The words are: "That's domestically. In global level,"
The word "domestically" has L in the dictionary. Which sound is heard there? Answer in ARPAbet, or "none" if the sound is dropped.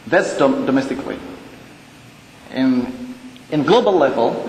W